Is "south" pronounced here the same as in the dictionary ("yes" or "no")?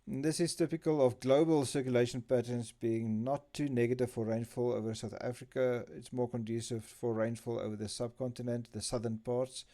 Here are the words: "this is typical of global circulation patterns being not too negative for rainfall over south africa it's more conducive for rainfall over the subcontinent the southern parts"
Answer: yes